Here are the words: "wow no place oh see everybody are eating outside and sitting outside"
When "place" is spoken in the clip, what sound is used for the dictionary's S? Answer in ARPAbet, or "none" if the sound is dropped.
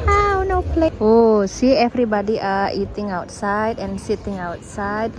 none